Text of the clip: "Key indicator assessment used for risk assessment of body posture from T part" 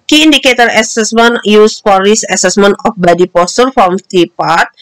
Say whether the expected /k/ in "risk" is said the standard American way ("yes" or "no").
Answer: no